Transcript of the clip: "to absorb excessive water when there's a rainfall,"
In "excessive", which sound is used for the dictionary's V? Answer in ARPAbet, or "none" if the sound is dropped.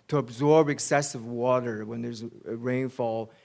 V